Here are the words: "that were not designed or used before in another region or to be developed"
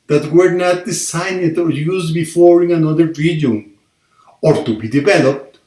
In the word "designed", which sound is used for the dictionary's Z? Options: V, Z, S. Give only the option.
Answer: S